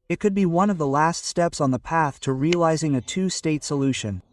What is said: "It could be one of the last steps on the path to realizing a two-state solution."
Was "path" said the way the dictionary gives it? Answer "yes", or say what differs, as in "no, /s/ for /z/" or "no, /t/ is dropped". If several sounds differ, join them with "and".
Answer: yes